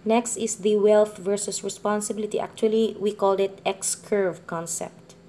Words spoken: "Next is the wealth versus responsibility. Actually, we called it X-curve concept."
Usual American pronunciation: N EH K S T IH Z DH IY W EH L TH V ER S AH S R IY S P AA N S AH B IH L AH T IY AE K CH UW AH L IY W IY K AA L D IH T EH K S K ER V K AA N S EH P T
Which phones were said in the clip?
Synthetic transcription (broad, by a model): N EH K S T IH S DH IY W EH L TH V ER S AH S R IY S P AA N S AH B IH L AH T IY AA K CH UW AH L IY W IY K AA L D IH T EH K S K ER V K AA N S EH P T